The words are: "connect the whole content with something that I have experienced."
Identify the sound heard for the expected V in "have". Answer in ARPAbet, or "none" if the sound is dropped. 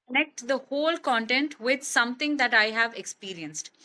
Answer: V